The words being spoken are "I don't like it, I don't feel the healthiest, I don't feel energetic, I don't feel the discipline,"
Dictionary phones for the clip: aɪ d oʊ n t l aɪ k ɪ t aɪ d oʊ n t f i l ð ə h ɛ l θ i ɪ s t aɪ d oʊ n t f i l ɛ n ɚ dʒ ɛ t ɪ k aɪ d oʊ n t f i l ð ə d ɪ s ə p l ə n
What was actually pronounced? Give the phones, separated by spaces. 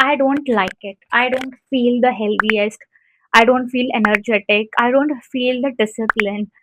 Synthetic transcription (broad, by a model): aɪ d oʊ n t l aɪ k ɪ t aɪ d oʊ n t f i l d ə h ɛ l t i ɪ s t aɪ d oʊ n t f i l ɛ n ɚ dʒ ɛ t ɪ k aɪ d oʊ n t f i l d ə d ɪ s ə p l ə n